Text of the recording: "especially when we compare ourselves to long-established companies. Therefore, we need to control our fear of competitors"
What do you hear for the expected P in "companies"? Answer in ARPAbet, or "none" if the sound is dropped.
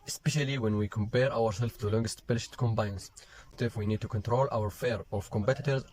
B